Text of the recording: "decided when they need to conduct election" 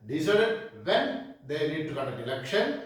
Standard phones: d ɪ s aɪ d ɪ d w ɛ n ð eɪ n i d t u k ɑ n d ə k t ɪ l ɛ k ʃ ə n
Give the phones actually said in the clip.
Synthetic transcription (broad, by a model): d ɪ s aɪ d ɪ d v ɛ n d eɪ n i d t u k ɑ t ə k ɪ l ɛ k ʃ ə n